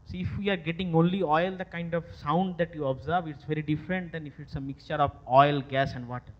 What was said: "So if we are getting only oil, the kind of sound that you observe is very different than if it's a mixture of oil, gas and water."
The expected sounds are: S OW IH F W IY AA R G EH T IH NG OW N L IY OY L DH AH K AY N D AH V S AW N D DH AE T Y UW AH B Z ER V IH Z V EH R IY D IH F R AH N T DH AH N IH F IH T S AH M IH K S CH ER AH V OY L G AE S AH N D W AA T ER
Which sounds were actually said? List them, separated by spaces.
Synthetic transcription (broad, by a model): S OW IH F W IY AA R G EH T IH NG OW N L IY OY L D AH K AY N D AH V S AW N D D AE T Y UW AH B Z ER V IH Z V EH R IY D IH F R AH N T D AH N IH F IH T S AH M IH K S CH ER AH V OY L G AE S AH N D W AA T